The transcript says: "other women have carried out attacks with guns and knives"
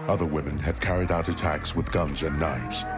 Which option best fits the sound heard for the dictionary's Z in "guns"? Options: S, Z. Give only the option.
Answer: Z